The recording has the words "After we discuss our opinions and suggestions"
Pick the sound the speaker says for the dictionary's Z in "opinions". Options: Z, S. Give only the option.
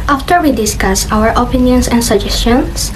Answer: S